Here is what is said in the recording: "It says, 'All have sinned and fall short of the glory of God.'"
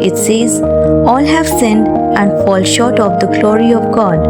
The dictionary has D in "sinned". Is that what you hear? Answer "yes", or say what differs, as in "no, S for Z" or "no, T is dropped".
yes